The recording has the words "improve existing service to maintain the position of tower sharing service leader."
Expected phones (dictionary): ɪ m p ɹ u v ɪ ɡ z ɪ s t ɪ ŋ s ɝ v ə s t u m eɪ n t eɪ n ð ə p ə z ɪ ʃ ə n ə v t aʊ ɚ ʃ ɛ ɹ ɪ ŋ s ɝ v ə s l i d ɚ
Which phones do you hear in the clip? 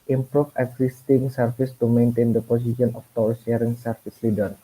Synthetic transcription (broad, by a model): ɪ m p ɹ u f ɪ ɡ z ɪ s t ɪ ŋ s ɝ f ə s t u m eɪ n t eɪ n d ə p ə s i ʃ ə n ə f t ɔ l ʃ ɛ ɹ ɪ ŋ s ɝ f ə s l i d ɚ